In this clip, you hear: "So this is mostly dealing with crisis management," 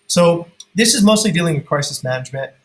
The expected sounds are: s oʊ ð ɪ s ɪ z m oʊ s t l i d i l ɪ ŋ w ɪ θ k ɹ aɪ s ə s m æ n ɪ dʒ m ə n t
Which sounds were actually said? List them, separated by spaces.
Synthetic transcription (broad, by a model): s oʊ ð ɪ s ɪ z m oʊ s t l i d i l ɪ ŋ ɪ k ɹ aɪ s ə s m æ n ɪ dʒ m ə n t